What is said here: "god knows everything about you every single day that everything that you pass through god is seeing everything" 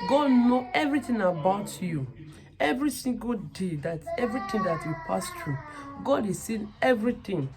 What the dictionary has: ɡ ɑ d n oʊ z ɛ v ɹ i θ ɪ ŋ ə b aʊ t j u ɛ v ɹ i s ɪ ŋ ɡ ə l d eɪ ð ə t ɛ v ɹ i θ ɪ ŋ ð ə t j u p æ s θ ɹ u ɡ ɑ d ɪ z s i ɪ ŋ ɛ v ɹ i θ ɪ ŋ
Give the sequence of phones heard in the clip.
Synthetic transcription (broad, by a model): ɡ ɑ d n oʊ ɛ v ɹ i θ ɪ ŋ ə b aʊ t j u ɛ v ɹ i s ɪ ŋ ɡ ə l d eɪ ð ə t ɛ v ɹ i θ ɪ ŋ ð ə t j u p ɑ s t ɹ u ɡ ɑ d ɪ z s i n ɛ v ɹ i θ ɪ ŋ